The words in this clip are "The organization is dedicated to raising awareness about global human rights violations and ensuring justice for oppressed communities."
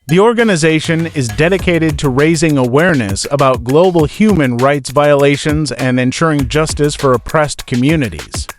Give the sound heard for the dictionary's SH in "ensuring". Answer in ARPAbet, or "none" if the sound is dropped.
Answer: SH